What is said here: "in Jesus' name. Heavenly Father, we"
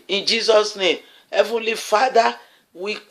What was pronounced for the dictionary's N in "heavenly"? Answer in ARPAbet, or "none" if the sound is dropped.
N